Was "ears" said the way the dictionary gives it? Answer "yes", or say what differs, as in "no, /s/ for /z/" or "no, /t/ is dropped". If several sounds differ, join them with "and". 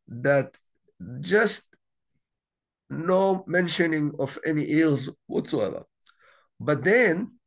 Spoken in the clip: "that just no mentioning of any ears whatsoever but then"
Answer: no, /l/ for /ɹ/